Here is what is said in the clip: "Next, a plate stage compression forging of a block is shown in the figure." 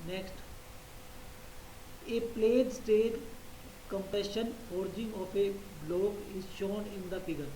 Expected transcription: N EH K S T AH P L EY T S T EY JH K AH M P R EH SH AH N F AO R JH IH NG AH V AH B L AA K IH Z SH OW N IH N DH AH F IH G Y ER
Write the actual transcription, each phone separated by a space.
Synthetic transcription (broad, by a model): N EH K S T AH P L EY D S T EY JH K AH M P EH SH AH N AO R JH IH NG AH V AH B L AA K IH Z SH OW N IH N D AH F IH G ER